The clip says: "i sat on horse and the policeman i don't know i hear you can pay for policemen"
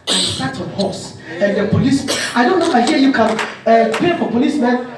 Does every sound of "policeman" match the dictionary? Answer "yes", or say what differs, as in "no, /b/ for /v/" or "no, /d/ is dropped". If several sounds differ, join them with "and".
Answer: no, /m/ is dropped and /n/ is dropped